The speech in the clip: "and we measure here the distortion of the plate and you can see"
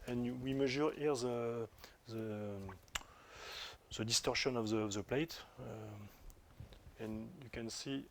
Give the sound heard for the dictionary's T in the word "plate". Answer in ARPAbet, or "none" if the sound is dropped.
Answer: T